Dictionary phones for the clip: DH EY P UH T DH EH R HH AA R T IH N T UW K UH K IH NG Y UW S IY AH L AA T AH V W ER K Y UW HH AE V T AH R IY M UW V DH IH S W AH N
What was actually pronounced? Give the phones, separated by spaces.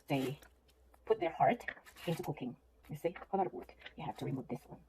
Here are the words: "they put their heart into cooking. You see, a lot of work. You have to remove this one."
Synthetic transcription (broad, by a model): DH EY P UH T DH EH R HH AA R T IH N T UW K UH K IH NG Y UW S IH AH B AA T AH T W ER K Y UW HH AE F T AH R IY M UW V DH IH S W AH N